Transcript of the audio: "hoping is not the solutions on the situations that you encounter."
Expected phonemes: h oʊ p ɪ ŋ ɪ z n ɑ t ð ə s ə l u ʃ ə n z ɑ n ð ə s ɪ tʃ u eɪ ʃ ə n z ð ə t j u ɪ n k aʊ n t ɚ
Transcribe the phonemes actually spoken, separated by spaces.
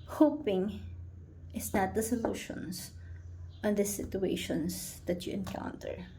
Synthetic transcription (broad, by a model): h oʊ p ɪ ŋ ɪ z n ɑ t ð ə s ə l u ʃ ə n s ɑ n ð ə s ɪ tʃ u eɪ ʃ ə n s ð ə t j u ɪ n k aʊ n t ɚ